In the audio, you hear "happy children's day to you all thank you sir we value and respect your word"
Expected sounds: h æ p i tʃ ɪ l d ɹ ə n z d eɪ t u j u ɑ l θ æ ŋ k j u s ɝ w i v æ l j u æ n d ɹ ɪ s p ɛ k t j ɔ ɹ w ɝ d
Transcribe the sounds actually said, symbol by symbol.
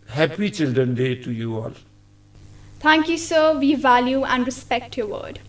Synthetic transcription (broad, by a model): h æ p i tʃ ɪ l d ɹ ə n d eɪ t u j u ɑ l t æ ŋ k j u s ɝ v i v æ l j u æ n d ɹ ɪ s p ɛ k t j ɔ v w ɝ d